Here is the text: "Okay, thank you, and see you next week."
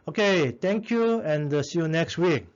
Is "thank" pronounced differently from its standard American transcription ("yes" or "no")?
yes